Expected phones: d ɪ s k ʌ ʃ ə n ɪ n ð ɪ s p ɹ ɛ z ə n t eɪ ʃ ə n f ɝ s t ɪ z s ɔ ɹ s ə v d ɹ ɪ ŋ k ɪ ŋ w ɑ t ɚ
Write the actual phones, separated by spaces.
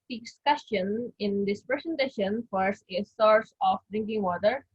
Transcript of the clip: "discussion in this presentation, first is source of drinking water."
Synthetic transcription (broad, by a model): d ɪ s k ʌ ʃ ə n ɪ n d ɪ s p ɹ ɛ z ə n t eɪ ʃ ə n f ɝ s ɪ s ɔ ɹ s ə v d ɹ ɪ ŋ k ɪ ŋ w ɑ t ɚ